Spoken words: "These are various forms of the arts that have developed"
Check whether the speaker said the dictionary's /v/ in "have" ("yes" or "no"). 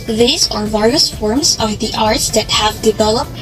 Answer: yes